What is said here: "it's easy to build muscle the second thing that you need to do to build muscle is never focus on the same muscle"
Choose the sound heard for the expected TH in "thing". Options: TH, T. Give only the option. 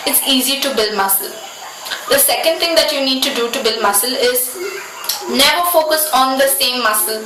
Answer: T